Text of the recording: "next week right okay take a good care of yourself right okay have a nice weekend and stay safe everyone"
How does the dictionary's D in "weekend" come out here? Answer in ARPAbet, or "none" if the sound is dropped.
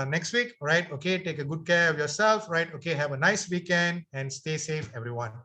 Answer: D